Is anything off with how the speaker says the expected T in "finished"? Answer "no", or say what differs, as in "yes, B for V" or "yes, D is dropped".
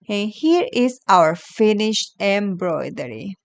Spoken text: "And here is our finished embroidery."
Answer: no